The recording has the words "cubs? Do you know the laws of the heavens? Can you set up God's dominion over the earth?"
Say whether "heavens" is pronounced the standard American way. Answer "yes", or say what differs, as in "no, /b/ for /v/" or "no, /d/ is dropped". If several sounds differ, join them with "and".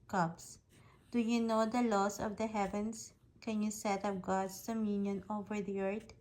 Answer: no, /s/ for /z/